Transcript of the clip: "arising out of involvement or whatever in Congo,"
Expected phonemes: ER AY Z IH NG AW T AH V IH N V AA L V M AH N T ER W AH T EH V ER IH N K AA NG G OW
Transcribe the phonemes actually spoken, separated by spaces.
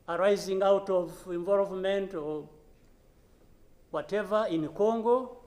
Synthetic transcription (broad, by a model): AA AY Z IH NG AW T AH V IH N V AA L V M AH N T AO W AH T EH V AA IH N K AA NG G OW